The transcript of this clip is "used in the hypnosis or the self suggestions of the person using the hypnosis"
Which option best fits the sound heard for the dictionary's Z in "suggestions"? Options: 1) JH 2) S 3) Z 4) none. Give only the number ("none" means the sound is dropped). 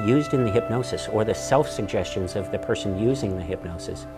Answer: 3